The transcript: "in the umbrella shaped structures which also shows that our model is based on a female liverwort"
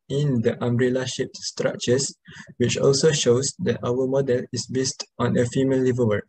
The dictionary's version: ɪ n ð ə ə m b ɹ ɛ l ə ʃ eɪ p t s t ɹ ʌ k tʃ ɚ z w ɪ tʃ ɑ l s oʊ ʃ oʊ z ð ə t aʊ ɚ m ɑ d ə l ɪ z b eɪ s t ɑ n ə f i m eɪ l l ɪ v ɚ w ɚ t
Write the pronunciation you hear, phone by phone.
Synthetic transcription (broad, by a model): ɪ n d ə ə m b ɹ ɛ l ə ʃ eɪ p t s t ɹ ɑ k tʃ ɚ s w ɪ tʃ ɑ l s oʊ ʃ oʊ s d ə t aʊ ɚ m ɑ d ə l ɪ s b eɪ s t ɑ n ə f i m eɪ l l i v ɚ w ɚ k